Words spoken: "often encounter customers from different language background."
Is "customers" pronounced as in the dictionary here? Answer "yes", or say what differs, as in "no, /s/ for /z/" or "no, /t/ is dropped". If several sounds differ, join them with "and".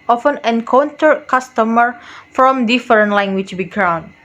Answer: no, /z/ is dropped